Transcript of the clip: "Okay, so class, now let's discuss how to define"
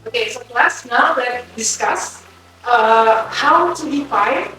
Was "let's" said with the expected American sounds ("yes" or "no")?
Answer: no